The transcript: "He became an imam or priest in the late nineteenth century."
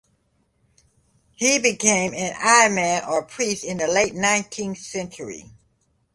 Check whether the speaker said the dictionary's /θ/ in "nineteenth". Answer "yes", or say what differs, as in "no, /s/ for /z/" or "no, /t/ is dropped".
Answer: yes